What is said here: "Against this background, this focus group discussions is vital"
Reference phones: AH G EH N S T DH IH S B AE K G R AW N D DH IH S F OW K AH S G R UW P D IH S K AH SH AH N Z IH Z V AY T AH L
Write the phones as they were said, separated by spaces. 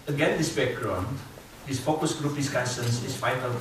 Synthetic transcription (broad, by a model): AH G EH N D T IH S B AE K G R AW N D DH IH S F OW K AH S G R UW P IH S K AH S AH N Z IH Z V AY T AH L